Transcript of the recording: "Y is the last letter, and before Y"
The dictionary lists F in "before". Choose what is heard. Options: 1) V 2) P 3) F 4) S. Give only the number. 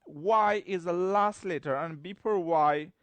2